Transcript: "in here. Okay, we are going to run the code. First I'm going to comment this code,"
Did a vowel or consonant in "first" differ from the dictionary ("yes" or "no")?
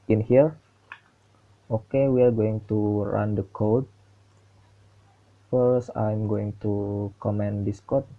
yes